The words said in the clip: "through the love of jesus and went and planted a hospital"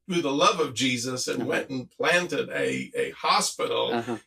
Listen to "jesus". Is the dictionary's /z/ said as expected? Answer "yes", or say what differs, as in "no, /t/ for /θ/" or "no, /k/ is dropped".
yes